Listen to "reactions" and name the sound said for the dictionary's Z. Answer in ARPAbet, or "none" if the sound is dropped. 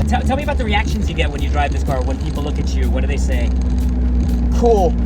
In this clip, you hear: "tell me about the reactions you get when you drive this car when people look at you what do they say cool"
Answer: Z